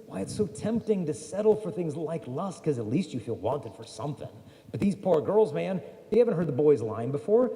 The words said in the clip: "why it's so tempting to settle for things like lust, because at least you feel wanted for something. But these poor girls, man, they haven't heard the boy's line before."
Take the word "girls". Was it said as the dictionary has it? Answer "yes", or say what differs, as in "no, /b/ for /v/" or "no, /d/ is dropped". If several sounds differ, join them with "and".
yes